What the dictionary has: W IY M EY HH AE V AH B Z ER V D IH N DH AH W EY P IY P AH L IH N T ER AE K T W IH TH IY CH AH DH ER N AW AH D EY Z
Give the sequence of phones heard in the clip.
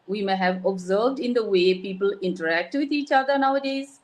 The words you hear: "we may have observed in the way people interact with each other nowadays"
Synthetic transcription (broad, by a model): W IY M EY HH AE V AH B Z ER V D IH N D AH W EY P IY P AH L IH N T ER AE K T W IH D IY CH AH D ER N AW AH D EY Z